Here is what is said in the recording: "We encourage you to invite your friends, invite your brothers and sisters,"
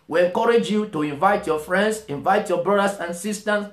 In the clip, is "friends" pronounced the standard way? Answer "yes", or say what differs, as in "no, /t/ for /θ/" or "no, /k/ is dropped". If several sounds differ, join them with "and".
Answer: no, /s/ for /z/